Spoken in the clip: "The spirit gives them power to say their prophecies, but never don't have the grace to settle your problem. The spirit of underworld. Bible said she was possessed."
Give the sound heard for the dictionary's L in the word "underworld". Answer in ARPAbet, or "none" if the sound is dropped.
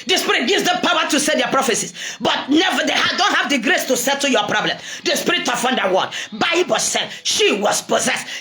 none